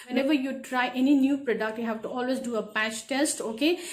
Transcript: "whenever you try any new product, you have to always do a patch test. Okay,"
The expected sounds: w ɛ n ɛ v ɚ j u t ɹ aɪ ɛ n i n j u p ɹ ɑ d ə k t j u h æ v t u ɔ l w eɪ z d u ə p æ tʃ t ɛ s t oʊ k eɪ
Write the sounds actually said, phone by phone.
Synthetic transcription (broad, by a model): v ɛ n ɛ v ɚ j u t ɹ aɪ ɛ n i n j u p ɹ ɑ d ə k t j u h æ v t u ɔ l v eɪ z d u ə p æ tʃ t ɛ s t oʊ k eɪ